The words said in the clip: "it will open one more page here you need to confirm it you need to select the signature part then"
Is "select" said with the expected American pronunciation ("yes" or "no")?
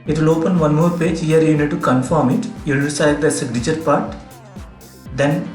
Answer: no